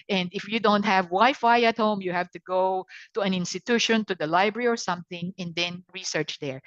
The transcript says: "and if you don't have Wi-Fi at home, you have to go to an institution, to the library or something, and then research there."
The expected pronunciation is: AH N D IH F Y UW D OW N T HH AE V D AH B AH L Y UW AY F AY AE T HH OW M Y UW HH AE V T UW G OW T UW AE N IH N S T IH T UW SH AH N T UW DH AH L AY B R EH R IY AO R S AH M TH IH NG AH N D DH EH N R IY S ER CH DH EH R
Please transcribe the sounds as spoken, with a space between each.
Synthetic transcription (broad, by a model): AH N D IH F Y UW D OW N T HH AE V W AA AH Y F AY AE T HH OW M Y UW HH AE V T UW G OW T UW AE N IH N S T IH T UW SH AH N T UW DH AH L AY B R EH R IY AO R S AH M TH IH NG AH N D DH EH N R IY S ER CH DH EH R